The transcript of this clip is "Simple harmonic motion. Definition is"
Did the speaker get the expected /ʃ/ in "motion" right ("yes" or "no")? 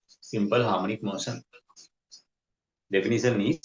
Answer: no